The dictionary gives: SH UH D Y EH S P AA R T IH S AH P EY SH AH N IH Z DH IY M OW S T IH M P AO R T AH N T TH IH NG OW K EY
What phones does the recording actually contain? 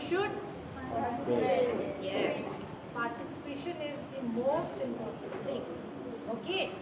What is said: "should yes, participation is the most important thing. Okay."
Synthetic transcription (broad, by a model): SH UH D Y EH S P AA R T IH S AH P EY SH AH N IH Z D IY M OW S T IH M P AO R T AH N T T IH NG OW K EY